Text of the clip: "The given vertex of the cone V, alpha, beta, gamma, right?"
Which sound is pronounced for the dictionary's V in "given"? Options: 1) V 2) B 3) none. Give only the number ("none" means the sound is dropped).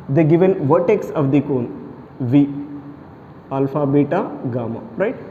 1